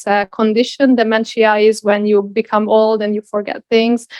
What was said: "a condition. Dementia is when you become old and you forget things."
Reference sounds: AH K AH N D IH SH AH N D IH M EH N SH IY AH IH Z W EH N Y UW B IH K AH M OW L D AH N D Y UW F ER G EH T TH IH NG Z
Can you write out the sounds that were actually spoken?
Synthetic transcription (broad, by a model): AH K AH N D IH SH AH N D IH M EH N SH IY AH IH Z W EH N Y UW B IH K AH M OW L D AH N Y UW F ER G EH T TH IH NG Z